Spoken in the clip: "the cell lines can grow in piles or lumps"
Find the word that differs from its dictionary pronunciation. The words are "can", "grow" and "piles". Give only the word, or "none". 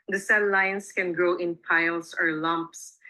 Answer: piles